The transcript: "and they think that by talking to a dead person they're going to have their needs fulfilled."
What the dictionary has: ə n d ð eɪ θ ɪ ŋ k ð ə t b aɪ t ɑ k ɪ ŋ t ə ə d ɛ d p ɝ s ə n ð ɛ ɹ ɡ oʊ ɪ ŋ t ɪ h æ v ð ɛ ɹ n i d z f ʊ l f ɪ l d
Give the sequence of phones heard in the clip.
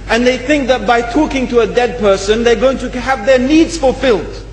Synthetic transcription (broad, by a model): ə n ð eɪ θ ɪ ŋ k ð ə t b aɪ t ɑ k ɪ ŋ t ə ə d ɛ d p ɝ s ə n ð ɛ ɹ ɡ oʊ ɪ ŋ t ɪ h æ v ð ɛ ɹ n i d z f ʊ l f ɪ l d